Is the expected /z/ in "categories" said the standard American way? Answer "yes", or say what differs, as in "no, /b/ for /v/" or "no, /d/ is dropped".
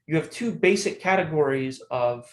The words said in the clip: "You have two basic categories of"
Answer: yes